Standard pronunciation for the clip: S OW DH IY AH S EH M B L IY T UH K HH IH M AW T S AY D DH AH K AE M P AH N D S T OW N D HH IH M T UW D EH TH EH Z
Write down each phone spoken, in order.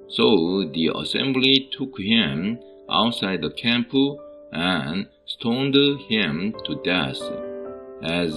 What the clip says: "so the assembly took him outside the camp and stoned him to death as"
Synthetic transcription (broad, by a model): S OW DH IY AH S EH M B L IY T UH K HH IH M AW T S AY D DH AH K AE M P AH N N S T OW N D HH IH M T UW D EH S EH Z